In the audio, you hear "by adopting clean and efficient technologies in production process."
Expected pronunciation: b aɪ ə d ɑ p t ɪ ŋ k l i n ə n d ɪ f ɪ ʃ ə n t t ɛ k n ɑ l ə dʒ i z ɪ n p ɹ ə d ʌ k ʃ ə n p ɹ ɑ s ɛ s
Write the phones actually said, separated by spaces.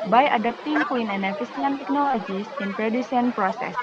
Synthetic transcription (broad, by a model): b aɪ ə d ɑ p t ɪ ŋ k w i n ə n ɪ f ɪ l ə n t t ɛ k n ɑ l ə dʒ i s ɪ n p ɹ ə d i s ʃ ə n p ɹ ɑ s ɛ s